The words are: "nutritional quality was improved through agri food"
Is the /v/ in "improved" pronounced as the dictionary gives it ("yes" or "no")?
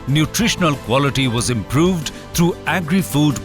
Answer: yes